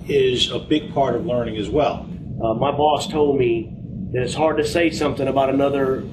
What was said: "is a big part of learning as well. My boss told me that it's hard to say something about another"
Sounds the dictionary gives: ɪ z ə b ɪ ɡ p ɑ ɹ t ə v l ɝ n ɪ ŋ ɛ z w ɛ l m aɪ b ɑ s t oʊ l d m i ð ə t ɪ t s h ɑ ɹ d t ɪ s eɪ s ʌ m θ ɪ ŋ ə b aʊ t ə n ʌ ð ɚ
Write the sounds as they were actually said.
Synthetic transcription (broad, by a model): ɪ z ə b ɪ ɡ p ɑ ɹ t ə v l ɝ n ɪ ŋ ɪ z w ɛ l m aɪ b ɑ s t oʊ l d m i ð ə t ɪ t s h ɑ ɹ d t ɪ s eɪ s ʌ m θ ɪ ŋ ə b aʊ t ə n ʌ ð ɚ